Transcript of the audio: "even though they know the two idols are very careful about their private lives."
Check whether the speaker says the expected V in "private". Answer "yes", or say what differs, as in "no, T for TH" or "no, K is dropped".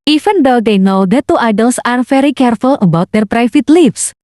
no, F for V